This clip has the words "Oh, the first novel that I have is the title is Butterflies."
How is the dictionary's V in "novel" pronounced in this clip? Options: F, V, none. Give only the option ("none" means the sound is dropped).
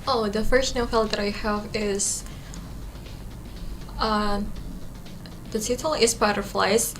F